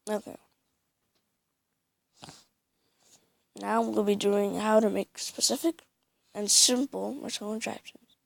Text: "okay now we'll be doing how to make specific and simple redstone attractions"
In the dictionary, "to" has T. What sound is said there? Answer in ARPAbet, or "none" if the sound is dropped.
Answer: T